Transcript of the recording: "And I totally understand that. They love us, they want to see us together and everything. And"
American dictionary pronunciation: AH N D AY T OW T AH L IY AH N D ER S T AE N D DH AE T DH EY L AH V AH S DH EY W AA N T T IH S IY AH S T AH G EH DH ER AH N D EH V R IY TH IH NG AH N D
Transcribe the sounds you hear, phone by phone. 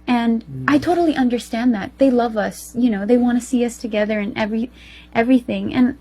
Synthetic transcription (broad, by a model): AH N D AY T OW T L IY AH N D ER S T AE N DH AE T DH EY L AH V AH S DH EY W AA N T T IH S IY AH S T AH G EH DH ER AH N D EH V R IY TH IH NG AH N